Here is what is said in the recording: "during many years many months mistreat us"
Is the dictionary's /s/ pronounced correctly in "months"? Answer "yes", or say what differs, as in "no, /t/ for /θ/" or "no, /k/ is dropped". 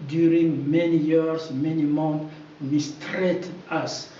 no, /s/ is dropped